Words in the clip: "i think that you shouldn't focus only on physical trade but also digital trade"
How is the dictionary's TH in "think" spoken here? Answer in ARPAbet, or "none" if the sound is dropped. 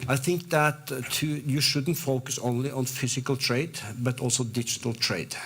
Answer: TH